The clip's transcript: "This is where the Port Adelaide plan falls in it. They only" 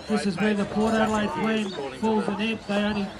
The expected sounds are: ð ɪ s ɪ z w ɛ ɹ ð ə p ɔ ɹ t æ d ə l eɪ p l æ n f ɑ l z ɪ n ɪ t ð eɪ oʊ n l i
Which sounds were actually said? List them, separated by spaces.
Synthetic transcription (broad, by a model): ð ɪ s ɪ z w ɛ ɹ ð ə p ɔ ɹ t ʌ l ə ɪ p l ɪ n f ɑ l z ɪ n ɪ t ð eɪ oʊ n l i